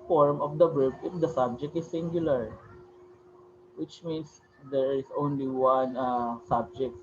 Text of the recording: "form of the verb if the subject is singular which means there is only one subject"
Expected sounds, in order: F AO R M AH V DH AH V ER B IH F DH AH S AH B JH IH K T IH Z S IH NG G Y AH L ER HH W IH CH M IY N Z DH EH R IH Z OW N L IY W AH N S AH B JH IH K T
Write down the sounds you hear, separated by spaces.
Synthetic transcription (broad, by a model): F AO R M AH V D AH B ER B IH F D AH S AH B JH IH K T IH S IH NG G Y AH L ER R W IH CH M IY N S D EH R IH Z OW N L IY W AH N S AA B JH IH K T